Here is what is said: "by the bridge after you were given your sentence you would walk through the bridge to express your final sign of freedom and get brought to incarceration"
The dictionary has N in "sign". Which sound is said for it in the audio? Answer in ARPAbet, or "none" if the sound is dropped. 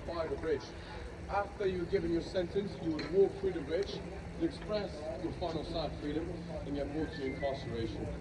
none